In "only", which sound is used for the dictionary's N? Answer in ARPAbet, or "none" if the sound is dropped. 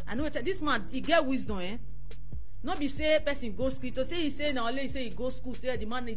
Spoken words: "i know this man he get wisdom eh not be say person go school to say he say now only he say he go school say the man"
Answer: none